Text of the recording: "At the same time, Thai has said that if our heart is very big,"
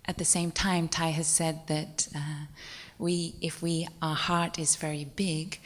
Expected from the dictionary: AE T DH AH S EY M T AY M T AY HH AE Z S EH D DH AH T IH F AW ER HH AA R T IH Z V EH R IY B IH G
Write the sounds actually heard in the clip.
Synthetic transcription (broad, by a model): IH T DH AH S EY M T AY M T AY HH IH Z S EH D DH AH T IH F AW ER HH AA R T IH Z V EH R IY B IH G